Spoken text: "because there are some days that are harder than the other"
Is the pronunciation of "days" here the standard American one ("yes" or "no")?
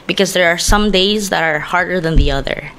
yes